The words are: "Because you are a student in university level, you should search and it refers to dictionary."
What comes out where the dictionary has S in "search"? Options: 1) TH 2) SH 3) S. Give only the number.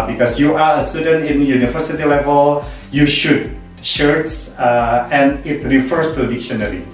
2